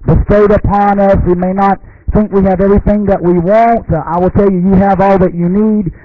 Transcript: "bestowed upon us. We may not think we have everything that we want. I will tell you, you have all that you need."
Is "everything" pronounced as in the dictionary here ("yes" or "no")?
yes